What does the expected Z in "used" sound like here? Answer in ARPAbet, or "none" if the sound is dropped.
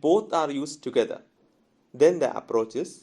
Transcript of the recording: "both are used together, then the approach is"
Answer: S